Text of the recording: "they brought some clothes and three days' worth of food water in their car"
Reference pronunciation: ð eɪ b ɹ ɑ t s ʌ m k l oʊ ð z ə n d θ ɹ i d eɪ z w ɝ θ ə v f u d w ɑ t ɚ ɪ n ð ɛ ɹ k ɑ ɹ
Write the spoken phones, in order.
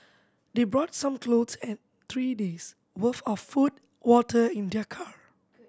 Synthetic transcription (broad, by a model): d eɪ b ɹ ɑ t s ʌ m k l oʊ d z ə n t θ ɹ i d eɪ s w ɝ f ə f f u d w ɑ t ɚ ɪ n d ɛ k ɑ ɹ